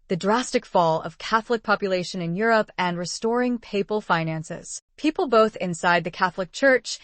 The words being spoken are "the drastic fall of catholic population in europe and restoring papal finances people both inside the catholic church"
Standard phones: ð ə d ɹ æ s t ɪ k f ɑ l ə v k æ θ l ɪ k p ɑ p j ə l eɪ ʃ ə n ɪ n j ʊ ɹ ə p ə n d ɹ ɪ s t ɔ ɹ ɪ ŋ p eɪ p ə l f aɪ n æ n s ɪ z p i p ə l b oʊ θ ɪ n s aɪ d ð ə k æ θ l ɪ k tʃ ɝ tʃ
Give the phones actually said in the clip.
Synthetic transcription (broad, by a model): ð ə d ɹ æ s t ɪ k f ɑ l ə v k æ θ l ɪ k p ɑ p j ə l eɪ ʃ ə n ɪ n j ʊ ɹ ə p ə n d ɹ ɪ s t ɔ ɹ ɪ ŋ p eɪ p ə l f aɪ n æ n s ɪ z p i p l b oʊ θ ɪ n s aɪ d ð ə k æ θ l ɪ k tʃ ɝ tʃ